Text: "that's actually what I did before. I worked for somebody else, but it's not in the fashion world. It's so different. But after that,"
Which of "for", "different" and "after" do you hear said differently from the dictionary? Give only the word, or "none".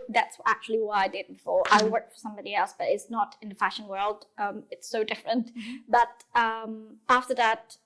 none